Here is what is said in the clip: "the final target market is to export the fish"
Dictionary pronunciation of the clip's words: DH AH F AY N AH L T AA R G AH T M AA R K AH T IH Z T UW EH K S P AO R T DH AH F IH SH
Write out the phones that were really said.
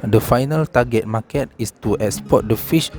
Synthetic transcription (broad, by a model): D AH F AY N AH L T AA G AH T M AA K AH T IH S T UW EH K S P AO T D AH F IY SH